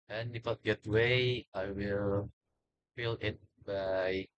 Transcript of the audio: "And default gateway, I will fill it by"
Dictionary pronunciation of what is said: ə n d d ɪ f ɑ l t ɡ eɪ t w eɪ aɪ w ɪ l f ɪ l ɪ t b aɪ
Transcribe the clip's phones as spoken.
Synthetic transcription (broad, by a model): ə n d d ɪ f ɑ t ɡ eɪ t w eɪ aɪ w ɪ l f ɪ l ɪ t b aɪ